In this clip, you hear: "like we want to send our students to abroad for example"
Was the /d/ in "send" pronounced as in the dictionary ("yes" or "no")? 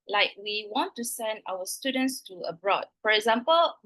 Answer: yes